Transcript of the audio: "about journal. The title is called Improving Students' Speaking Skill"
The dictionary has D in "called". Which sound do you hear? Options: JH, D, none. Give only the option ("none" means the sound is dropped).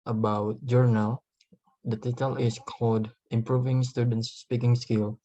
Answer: D